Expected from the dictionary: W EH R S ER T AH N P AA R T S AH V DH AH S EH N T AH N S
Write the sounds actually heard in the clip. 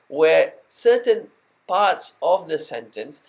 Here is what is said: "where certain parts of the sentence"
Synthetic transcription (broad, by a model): W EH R S ER T AH N P AA R T S AH V DH AH S EH N T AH N S